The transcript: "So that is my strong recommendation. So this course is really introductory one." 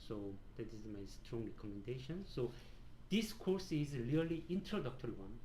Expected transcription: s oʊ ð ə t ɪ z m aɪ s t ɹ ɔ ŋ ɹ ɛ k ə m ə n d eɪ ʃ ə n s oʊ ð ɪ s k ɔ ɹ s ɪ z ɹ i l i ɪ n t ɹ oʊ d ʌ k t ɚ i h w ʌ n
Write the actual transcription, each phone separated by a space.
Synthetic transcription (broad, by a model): s oʊ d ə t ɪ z m aɪ s t ɹ ɔ ŋ ɹ ɛ k ə m ə n d eɪ ʃ ə n s oʊ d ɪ s k ɔ ɹ s ɪ z l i l i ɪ n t ɹ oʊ d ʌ k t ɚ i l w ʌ n